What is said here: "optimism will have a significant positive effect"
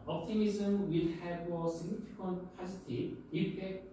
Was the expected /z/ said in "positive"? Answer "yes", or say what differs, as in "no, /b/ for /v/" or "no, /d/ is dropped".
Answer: no, /s/ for /z/